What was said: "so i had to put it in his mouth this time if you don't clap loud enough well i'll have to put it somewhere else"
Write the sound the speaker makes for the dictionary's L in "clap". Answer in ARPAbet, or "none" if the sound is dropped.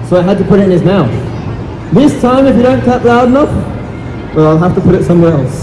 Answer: none